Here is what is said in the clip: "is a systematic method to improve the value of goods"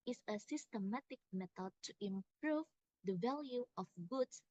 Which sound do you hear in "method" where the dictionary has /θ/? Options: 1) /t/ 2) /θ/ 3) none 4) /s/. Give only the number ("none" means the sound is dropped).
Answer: 1